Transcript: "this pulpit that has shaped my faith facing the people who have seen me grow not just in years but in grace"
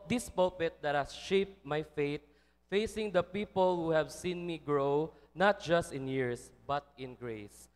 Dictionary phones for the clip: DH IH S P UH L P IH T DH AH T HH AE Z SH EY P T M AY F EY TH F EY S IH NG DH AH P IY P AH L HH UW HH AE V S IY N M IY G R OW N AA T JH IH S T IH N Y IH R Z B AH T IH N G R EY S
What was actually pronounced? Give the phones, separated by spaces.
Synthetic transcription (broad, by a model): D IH S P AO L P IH T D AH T HH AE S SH EY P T M AY F EY T F EY S IH NG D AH P IY P AH L HH UW HH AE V S IY N M IY G R OW N AA T JH IH S T IH N Y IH R S B AH T IH N G R EY S